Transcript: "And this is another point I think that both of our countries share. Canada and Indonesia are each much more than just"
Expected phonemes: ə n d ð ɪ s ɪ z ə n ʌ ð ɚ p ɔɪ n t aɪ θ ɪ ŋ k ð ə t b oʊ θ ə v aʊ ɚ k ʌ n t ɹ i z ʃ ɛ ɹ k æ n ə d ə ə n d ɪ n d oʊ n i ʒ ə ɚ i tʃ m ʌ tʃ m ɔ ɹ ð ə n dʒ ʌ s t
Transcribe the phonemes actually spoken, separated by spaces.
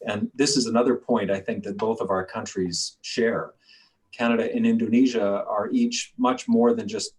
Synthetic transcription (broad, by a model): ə n ð ɪ s ɪ z ə n ʌ ð ɚ p ɔɪ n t aɪ θ ɪ ŋ k ð ə t b oʊ θ ə v aʊ ɚ k ʌ n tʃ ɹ i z ʃ ɛ ɹ k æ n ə d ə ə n ɪ n d oʊ n i ʒ ə ɚ i tʃ m ʌ tʃ m ɔ ɹ ð ə n dʒ ʌ s t